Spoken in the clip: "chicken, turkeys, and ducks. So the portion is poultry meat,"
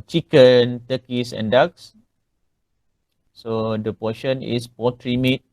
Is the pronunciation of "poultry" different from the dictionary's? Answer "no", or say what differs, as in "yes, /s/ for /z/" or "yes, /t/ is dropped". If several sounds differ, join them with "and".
yes, /l/ is dropped